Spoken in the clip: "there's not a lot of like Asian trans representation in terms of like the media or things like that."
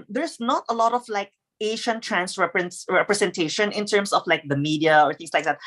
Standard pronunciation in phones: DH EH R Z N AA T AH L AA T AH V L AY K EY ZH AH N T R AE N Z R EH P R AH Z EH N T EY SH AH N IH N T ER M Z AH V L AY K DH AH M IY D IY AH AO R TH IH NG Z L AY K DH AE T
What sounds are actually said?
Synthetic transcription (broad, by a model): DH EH R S N AA T AH L AA T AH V L AY K EY SH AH N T R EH N S R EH P R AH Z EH N T EY SH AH N IH N T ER M S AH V L AY K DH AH M IY D IY AH AO R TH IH NG S L AY K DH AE T